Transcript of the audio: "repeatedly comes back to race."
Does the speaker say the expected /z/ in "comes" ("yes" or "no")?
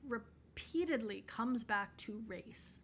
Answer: yes